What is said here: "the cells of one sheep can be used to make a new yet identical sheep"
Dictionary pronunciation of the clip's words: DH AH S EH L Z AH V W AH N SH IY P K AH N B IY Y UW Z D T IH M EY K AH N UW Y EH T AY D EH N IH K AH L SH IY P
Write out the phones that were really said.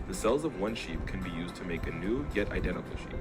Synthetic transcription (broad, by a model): DH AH S EH L Z AH V W AH N SH IY P K AH N B IY Y UW Z T IH M EY K AH N UW Y EH T AY D EH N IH K L SH IY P